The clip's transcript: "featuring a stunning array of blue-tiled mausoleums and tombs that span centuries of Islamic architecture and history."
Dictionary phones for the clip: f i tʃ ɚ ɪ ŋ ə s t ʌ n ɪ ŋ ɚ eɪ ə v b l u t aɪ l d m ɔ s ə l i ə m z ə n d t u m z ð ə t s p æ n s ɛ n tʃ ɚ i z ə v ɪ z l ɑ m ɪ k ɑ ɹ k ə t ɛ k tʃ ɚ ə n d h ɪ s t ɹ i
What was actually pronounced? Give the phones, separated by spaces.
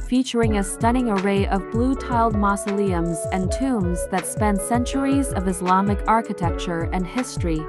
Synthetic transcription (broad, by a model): f i tʃ ɚ ɪ ŋ ə s t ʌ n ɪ ŋ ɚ eɪ ə v b l u t aɪ l d m ɔ s ə l i ə m z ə n t u m z ð ə t s p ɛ n s ɛ n tʃ ɚ i z ə v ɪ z l ɑ m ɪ k ɑ ɹ k ə t ɛ k tʃ ɚ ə n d h ɪ s t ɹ i